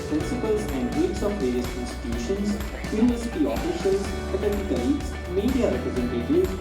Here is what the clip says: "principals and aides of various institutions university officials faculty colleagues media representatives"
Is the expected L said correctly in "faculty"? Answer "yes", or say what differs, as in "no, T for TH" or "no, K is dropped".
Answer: no, L is dropped